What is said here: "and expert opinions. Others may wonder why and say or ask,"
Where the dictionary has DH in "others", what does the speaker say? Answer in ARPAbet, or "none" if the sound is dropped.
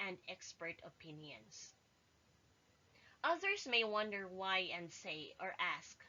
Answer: DH